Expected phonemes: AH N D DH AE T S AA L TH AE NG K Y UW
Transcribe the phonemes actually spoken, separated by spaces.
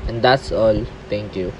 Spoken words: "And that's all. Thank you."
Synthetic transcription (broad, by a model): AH N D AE T S AA L T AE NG K Y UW